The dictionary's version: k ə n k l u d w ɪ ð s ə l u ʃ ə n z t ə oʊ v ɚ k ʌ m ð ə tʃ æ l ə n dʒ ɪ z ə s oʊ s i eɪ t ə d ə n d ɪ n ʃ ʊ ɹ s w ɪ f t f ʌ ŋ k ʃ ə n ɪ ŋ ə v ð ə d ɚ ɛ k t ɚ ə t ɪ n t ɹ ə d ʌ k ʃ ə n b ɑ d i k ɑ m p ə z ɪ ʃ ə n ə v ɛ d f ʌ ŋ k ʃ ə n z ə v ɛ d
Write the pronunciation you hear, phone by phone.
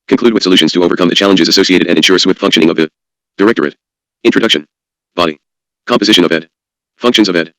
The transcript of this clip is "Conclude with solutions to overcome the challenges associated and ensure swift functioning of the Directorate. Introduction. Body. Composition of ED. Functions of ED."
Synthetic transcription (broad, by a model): k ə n k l u d w ɪ ð s ə l u ʃ ə n z t ə oʊ v ɚ k ʌ m ð ə tʃ æ l ə n dʒ ɪ z ə s oʊ s i eɪ t ə d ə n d ɪ n ʃ ʊ ɹ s w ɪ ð f ʌ ŋ k ʃ ə n ɪ ŋ ə v ð ə d ɚ ɛ k t ɚ ə t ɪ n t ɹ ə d ʌ k ʃ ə n b ɑ d i k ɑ m p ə z ɪ ʃ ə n ə v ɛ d f ʌ ŋ k ʃ ə n z ə v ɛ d